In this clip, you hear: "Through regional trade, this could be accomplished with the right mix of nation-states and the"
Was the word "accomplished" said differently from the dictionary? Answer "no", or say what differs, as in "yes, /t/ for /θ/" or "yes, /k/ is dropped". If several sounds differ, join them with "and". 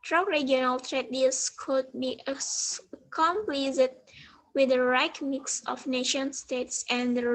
yes, /s/ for /ʃ/